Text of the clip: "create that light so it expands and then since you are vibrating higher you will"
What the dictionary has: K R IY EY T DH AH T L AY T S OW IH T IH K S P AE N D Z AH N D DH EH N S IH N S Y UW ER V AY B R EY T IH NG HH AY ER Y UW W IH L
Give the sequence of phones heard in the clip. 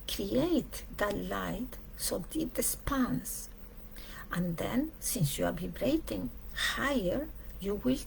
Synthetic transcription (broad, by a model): K R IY EY T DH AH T L AY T S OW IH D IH S P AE N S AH N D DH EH N S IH N S Y UW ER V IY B R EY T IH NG HH AY ER Y UW W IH L